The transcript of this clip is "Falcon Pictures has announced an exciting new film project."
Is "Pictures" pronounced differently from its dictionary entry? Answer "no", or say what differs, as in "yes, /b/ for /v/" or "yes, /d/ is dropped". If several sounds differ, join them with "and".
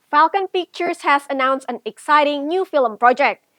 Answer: yes, /f/ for /p/